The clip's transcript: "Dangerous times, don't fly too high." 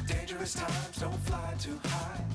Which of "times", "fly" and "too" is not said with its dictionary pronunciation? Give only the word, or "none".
none